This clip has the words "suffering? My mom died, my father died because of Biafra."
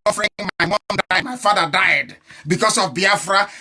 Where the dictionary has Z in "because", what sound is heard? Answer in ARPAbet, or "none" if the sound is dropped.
S